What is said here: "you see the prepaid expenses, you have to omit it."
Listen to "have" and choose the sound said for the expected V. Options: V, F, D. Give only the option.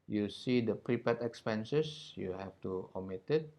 F